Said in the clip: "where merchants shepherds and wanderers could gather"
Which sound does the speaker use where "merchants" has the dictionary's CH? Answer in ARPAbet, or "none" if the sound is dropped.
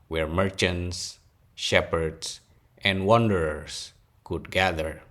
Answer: CH